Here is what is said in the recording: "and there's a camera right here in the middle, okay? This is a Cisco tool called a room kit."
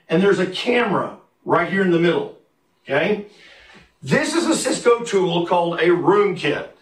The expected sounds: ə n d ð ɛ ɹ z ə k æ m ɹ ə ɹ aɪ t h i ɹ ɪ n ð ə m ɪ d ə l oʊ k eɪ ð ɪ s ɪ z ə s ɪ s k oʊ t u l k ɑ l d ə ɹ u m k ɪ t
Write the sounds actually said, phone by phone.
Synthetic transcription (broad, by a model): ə n ð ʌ ɹ z ə k æ m ɹ ə ɹ aɪ t h i ɹ ɪ n ð ə m ɪ d l oʊ k eɪ ð ɪ s ɪ z ə s ɪ s k oʊ t u l k ɑ l d ə ɹ u m k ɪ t